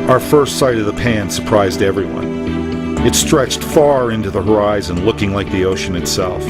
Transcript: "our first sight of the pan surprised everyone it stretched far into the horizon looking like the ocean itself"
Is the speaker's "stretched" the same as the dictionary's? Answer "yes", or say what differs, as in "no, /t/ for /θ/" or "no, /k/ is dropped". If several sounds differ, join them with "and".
yes